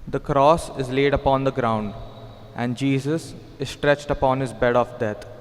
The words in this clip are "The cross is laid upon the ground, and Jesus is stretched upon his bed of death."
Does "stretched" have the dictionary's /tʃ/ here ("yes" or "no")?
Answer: yes